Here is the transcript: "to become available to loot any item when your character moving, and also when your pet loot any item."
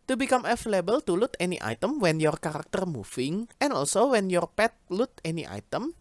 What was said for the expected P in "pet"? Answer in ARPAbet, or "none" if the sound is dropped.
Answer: P